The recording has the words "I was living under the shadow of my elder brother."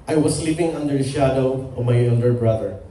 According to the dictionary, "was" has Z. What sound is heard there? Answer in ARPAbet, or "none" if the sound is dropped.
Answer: S